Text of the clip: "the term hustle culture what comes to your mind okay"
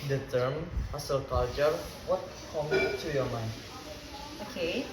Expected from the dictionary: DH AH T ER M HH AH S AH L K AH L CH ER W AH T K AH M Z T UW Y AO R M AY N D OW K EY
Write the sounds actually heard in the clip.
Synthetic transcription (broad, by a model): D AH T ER M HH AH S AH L K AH L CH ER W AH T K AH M T UW Y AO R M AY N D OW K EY